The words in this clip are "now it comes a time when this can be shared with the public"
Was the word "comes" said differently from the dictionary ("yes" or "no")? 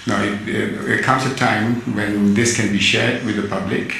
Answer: yes